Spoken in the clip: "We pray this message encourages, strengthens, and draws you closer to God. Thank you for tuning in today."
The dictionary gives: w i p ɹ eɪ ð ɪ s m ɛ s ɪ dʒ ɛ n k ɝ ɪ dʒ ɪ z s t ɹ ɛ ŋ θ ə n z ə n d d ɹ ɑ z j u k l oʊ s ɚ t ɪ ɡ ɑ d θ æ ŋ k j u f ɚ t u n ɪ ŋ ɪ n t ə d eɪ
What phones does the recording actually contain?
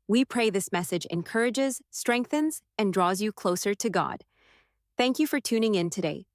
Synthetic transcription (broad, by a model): w i p ɹ eɪ ð ɪ s m ɛ s ɪ dʒ ɛ n k ɝ ɪ dʒ ɪ z s t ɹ ɛ ŋ θ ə n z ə n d d ɹ ɑ z j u k l oʊ s ɚ t ɪ ɡ ɑ d θ æ ŋ k j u f ɚ t u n ɪ ŋ ɪ n t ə d eɪ